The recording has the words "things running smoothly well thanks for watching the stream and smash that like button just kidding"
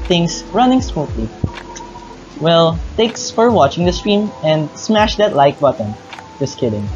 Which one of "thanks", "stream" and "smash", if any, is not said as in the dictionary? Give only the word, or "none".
thanks